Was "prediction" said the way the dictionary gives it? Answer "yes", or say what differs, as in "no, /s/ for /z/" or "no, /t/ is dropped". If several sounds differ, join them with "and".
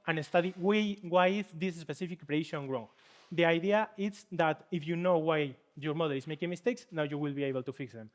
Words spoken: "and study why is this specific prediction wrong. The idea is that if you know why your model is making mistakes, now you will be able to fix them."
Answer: no, /k/ is dropped